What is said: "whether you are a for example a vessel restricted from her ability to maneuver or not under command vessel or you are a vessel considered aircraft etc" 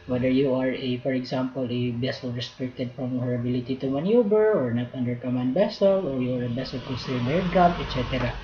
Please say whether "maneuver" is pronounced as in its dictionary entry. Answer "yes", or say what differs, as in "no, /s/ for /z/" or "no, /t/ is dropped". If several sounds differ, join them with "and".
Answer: no, /b/ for /v/